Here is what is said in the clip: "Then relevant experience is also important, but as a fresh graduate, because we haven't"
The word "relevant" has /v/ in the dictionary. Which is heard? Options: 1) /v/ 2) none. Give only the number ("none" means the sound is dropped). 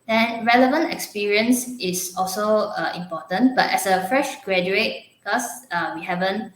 1